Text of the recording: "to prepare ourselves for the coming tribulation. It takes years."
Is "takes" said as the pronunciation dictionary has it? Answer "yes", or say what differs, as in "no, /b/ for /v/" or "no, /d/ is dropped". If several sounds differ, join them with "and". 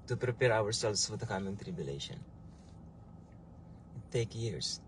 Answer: no, /s/ is dropped